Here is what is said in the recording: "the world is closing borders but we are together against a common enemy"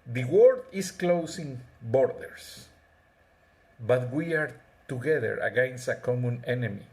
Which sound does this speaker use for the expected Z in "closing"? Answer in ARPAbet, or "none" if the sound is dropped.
S